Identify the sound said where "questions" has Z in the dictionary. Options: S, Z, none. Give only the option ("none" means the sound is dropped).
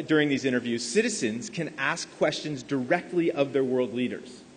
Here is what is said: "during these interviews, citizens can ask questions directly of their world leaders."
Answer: Z